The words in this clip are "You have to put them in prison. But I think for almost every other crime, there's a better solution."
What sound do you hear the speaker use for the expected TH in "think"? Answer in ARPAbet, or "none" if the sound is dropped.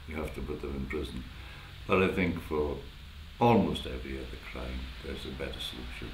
TH